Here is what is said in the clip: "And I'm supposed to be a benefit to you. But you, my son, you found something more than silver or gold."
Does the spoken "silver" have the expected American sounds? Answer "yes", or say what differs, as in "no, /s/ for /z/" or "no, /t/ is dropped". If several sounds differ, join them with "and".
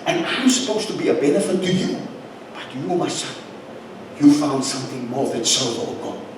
no, /v/ is dropped